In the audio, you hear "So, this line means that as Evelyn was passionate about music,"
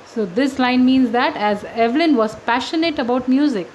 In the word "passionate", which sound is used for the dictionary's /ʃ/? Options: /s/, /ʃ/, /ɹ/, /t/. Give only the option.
/ʃ/